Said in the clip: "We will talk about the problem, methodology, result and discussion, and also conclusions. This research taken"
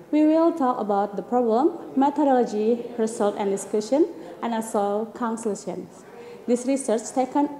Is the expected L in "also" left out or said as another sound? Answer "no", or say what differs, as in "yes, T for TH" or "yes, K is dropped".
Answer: yes, L is dropped